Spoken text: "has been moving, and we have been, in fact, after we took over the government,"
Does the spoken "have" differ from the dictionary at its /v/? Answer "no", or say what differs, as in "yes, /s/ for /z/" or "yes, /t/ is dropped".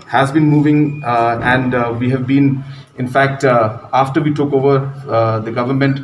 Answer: no